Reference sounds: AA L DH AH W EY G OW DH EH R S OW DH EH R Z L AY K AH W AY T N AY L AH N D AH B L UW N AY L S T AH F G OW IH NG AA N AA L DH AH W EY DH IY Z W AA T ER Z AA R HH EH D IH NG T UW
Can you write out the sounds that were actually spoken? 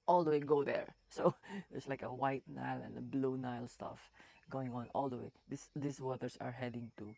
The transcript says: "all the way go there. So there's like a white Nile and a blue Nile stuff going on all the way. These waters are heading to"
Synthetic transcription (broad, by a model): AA L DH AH W EY G OW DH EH R S OW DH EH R S L AY K AH W AY T N AY L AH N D AH B L UW N AY L S T AH F G OW IH NG AA N AA L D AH W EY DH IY S W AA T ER S AA R HH EH D IH NG T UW